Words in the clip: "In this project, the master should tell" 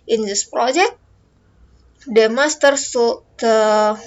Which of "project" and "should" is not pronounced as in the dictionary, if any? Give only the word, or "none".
should